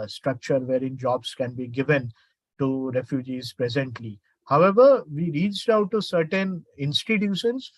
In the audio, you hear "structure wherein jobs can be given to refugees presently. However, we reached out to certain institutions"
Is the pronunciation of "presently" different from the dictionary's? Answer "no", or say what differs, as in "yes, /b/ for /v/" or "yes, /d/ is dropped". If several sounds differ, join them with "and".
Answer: no